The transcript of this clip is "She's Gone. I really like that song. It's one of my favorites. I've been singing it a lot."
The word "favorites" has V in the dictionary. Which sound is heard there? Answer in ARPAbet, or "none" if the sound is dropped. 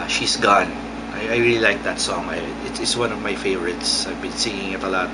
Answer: V